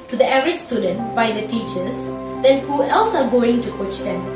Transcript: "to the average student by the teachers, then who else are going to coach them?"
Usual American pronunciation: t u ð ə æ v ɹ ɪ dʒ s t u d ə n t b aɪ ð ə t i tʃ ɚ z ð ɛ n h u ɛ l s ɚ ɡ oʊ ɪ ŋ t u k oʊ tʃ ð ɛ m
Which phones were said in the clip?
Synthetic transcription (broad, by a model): t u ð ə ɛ ɹ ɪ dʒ s t u d ə n t b aɪ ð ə t i tʃ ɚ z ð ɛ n h u ɛ l s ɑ ɡ oʊ ɪ ŋ t u k oʊ tʃ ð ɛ m